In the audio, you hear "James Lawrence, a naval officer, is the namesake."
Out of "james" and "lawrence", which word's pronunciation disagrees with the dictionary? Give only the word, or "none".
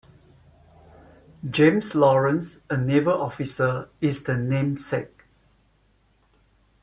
james